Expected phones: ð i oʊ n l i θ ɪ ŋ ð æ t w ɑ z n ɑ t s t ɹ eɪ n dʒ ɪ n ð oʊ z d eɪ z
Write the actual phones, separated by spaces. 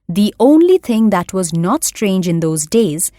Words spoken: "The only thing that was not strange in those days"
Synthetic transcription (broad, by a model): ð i oʊ n l i t ɪ ŋ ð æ t w ɑ z n ɑ t s t ɹ eɪ n dʒ ɪ n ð oʊ z d eɪ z